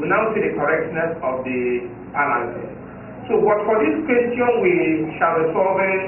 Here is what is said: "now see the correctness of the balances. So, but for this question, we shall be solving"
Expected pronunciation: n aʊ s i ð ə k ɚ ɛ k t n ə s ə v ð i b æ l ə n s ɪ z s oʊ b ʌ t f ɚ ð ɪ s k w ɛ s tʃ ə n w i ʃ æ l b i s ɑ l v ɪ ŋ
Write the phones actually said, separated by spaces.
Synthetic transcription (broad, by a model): n aʊ s i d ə k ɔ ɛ k t n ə s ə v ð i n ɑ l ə s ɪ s s oʊ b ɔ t f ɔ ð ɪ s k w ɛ s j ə n w i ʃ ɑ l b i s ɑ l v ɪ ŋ